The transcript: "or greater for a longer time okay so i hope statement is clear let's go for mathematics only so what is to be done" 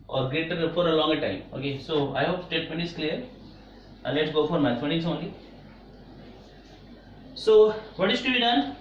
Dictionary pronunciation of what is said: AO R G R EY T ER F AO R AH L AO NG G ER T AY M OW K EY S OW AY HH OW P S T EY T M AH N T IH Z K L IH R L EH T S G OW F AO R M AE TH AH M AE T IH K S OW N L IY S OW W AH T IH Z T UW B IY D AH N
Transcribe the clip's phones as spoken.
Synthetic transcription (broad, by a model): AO R G R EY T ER F AO R AH L AO NG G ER T AY M OW K EY S OW AY HH OW P S T EY T M AH N T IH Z K L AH R L EH T S G OW F AO R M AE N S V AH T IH S OW N L IY S OW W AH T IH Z T UW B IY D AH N